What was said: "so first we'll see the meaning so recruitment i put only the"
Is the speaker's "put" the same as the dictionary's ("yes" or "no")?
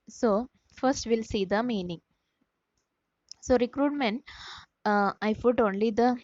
no